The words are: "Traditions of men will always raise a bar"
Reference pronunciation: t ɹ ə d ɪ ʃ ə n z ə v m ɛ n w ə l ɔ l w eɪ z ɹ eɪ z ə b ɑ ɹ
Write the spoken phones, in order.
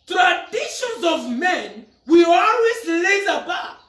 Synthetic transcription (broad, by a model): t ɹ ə d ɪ ʃ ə n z ə v m ɛ n w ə ɔ l w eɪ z l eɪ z ə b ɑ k